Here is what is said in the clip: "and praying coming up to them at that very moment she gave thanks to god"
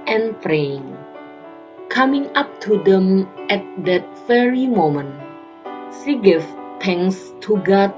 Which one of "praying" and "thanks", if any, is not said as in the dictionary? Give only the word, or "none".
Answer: thanks